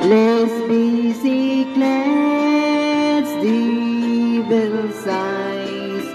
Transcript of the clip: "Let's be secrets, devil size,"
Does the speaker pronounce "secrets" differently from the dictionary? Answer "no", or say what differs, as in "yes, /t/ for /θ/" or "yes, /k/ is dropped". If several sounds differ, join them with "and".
yes, /l/ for /ɹ/